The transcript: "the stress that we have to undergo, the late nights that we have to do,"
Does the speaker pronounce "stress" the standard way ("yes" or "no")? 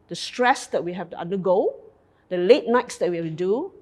yes